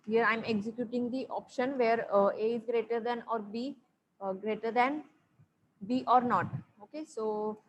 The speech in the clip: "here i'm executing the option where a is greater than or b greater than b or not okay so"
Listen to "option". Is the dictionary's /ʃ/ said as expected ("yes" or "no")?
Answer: yes